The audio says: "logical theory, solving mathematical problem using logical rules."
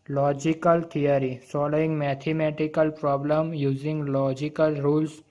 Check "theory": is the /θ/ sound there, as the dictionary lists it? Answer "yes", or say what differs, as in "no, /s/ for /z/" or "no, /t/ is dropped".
no, /t/ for /θ/